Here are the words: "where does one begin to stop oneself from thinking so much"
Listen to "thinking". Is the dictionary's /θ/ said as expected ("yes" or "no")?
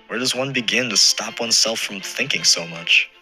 yes